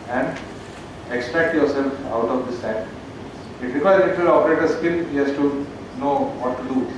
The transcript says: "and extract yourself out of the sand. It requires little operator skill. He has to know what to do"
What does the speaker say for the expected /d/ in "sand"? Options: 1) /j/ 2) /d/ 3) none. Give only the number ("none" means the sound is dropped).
3